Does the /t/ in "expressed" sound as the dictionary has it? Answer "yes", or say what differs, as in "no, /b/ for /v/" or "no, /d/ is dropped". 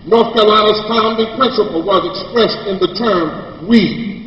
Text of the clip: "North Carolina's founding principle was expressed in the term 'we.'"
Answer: yes